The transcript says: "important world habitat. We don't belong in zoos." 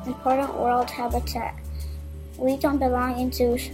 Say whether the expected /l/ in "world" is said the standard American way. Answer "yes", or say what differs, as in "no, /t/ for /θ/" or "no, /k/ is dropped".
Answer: yes